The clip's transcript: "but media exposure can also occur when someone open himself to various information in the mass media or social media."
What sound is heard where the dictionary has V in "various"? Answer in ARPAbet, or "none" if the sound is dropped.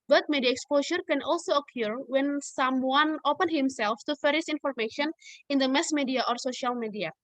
F